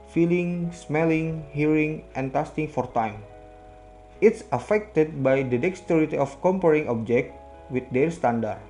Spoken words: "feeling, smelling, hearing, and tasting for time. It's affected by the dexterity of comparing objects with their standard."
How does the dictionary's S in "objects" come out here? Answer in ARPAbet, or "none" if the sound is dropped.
none